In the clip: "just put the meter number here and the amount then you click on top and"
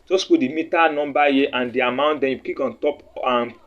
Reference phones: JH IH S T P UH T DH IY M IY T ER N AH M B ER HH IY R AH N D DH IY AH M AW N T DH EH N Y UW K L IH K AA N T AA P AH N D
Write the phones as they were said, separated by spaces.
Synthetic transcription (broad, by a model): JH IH S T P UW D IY M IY T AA N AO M B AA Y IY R AH N D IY AH M AW N T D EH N Y UW K IY K AA N T AA P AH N